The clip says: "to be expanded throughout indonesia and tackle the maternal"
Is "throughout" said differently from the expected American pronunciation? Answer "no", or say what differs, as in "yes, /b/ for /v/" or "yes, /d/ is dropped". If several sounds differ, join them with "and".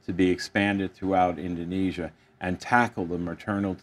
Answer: no